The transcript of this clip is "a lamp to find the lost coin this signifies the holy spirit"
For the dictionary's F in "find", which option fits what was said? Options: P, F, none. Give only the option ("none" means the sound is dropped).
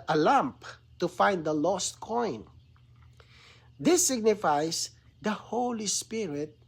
F